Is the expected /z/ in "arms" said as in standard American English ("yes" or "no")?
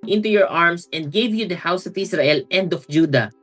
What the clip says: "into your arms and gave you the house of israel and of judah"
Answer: no